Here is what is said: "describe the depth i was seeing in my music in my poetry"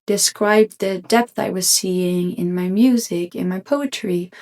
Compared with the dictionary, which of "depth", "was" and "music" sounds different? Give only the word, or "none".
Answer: none